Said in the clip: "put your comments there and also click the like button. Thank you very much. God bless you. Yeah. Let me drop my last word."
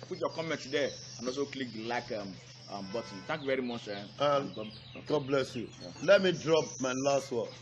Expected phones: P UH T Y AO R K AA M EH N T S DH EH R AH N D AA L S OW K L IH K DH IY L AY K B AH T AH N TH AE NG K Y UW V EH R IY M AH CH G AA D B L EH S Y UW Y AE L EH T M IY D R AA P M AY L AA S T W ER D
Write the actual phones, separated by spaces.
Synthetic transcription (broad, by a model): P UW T Y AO K AA M EH N T S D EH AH N AA L S OW K L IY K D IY L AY K B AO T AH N T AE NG K Y UW V EH R IY M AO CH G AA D B L EH S Y UW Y L EH T M IY D R AA P M AY L AA S T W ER